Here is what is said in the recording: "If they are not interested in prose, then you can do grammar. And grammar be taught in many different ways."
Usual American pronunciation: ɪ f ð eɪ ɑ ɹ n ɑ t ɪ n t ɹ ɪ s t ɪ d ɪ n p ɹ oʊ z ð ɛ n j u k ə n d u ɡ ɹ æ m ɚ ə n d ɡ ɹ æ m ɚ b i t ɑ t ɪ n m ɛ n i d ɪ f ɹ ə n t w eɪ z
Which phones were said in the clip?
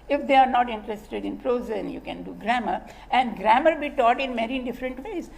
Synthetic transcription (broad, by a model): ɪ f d eɪ ɑ ɹ n ɑ t ɪ n t ɹ ɪ s t ɪ d ɪ n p ɹ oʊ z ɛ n j u k ə n d u ɡ ɹ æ m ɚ ə n d ɡ ɹ æ m ɚ b i t ɑ t ɪ n m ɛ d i d ɪ f ɹ ə n t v eɪ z